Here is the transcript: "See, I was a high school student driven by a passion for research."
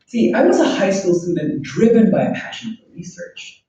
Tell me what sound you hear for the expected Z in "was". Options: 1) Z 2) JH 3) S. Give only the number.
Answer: 1